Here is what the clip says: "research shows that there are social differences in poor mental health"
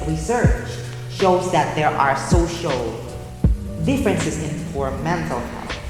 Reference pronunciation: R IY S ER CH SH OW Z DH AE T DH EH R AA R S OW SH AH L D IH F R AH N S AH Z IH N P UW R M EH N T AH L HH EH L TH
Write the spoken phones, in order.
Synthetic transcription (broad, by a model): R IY S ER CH SH OW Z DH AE T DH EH R AA R S OW SH AH L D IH F R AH N S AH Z IH N F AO R M EH N T AH L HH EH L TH